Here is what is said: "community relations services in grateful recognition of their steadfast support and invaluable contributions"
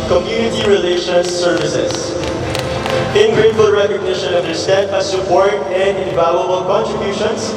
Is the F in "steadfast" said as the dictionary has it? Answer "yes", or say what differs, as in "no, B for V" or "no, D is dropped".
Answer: no, F is dropped